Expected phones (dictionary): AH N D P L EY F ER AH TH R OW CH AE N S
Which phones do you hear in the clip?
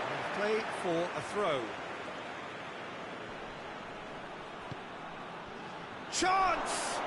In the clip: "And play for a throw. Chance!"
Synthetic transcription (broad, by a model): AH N P L EY F ER AH TH R OW CH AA N S